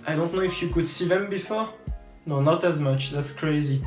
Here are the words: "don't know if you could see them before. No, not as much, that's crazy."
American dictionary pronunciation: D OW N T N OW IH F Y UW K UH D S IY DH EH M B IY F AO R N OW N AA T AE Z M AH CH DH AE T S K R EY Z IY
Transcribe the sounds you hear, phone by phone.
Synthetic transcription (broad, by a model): D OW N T N OW IH F Y UW K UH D S IY DH EH M B IY F AO R N OW N AA T AE Z M AH CH DH AE T S K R EY Z IY